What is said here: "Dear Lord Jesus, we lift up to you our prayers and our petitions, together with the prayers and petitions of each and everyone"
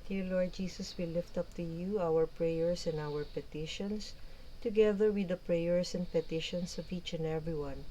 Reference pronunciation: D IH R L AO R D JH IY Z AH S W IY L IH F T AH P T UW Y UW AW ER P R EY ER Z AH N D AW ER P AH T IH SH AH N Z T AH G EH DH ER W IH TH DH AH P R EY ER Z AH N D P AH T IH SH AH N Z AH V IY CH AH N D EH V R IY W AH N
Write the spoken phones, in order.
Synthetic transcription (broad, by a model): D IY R L AO R D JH IY S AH S W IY L IH F T AH P T UW Y UW AW ER P R EY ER S AH N D AW ER P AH T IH SH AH N S T AH G EH DH ER W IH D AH P R EY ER S AH N D P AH T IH SH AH N S AH V IY CH AH N D EH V R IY W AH N